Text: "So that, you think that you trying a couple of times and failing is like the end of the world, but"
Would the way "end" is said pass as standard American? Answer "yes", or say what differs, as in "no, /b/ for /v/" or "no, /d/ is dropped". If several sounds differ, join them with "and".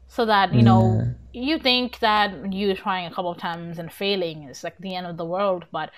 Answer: yes